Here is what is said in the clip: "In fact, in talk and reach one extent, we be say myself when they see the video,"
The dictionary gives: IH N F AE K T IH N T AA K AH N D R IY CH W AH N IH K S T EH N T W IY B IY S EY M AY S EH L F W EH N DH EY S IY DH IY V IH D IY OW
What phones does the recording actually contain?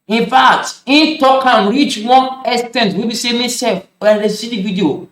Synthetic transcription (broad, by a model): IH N F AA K T IH N T AA K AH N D R IY CH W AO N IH S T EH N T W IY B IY S EY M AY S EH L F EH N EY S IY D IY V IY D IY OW